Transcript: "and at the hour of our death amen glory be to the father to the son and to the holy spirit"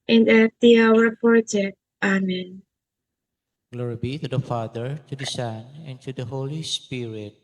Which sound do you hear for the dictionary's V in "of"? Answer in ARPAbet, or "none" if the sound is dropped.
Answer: P